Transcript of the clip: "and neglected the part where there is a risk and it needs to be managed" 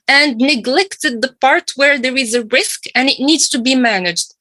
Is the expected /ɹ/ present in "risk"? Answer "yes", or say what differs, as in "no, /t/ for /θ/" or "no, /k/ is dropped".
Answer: yes